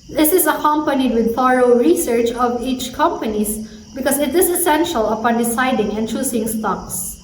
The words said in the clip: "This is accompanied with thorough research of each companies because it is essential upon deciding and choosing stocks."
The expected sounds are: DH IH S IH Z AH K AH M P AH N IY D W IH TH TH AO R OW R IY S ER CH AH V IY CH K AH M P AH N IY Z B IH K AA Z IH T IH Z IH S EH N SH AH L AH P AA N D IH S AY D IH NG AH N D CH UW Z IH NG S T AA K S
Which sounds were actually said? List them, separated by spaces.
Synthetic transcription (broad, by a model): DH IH S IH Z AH K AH M P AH N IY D W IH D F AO R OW R IY S ER CH AH V IY CH K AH M P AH N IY S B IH K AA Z IH T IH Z IH S EH N SH AH L AH P AA N D IH S AY D IH NG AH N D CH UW S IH NG S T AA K S